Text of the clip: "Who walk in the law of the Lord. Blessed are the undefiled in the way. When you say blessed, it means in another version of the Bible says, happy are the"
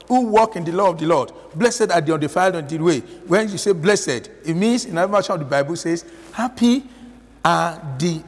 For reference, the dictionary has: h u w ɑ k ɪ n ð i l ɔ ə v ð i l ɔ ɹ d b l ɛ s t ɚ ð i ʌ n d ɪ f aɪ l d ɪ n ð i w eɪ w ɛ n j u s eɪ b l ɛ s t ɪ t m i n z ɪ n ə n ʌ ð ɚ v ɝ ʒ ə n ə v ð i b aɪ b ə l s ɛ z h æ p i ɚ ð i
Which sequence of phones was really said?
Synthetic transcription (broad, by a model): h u w ɑ k ɪ n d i l ɔ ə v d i l ɔ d b l ɛ s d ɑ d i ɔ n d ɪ f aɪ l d ɪ n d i w eɪ w ɛ n j u s eɪ b l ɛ s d ɪ t m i n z ɪ n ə ʌ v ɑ ʃ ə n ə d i b aɪ b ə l s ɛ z h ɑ p i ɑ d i